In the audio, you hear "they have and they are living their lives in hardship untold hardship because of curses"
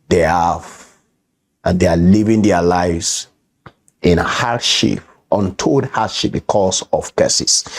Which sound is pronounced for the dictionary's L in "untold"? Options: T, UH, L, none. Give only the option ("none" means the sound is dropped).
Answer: none